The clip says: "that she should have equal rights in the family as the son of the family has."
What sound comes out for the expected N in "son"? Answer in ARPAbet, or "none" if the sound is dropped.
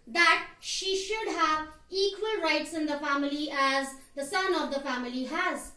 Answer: N